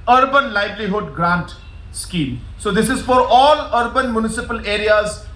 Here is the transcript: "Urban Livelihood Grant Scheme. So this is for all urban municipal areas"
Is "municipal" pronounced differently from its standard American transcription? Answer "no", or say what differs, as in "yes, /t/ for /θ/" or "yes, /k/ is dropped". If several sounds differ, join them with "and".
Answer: no